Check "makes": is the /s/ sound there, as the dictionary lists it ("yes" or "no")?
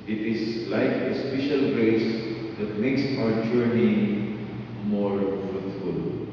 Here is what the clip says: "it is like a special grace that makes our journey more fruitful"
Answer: yes